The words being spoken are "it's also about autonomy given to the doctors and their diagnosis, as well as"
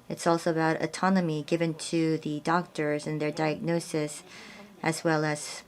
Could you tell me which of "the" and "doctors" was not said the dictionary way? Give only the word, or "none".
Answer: none